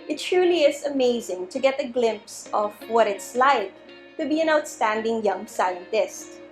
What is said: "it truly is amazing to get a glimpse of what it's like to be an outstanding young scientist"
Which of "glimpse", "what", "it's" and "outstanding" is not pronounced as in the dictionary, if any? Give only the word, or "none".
none